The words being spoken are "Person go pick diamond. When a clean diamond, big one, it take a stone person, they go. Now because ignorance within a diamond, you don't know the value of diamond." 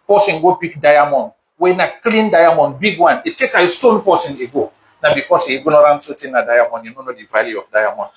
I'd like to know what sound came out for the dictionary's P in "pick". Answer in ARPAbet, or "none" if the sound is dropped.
B